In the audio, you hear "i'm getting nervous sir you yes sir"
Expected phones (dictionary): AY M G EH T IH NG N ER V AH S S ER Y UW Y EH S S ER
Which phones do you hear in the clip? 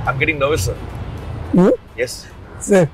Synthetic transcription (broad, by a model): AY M G EH T IH NG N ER AH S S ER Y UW Y EH S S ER